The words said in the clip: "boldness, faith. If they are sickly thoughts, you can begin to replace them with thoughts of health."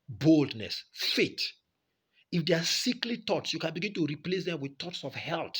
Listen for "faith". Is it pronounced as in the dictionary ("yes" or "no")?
no